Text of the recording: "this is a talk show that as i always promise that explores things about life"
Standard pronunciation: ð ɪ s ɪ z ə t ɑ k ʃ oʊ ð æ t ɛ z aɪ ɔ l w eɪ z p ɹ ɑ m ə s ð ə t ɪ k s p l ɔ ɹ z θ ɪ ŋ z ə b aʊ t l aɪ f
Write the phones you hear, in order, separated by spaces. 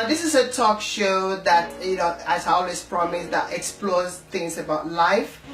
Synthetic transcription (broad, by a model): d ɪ s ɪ s ə t ɑ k ʃ oʊ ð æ t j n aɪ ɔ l w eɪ s p ɹ ɑ m ə s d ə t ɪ k s p l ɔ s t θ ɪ ŋ s ə b aʊ t l aɪ f